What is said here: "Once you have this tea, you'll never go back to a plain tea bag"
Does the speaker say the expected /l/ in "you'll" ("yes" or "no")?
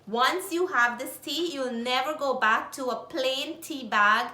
yes